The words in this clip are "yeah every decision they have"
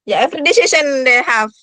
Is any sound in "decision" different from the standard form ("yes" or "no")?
yes